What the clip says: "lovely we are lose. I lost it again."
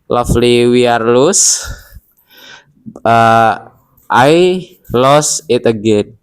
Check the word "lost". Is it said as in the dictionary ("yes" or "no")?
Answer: no